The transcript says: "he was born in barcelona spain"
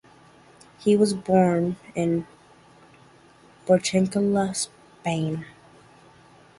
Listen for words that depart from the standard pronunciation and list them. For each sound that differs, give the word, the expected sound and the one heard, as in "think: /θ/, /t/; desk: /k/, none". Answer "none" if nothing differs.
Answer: barcelona: /n/, /l/